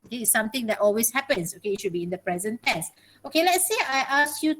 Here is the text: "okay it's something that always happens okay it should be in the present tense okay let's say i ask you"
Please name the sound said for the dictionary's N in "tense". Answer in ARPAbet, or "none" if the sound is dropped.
none